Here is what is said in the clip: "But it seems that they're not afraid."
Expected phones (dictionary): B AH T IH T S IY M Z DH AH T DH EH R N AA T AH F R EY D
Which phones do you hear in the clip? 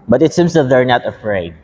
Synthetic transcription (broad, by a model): B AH T IH T S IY M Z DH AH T DH EH R N AA T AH F R EY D